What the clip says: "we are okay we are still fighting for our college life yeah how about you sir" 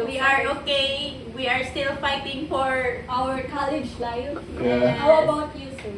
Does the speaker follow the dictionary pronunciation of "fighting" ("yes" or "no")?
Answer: yes